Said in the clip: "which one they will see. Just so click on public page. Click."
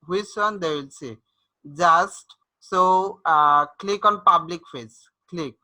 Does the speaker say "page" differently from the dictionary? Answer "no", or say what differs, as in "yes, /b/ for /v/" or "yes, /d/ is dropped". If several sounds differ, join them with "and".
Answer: yes, /f/ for /p/ and /z/ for /dʒ/